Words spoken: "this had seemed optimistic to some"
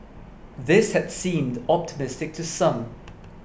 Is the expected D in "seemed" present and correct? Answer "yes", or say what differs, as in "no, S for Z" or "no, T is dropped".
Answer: yes